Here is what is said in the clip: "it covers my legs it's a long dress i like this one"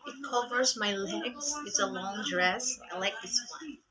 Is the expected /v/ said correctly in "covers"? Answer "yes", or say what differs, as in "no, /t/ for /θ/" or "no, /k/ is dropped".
yes